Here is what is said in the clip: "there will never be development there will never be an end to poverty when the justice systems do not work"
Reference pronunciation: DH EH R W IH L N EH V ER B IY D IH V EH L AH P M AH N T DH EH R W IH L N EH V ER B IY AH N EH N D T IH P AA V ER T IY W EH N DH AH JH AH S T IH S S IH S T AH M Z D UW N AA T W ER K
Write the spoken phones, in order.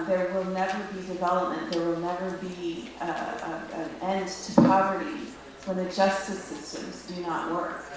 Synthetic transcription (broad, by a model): DH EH R W IH L N EH V ER B IY D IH V EH L AH P M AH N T DH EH R W IH L N EH V ER B IY AH N EH N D T IH P AA V ER T IY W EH N DH AH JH AH S T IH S S IH S T AH M Z D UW N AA T W ER K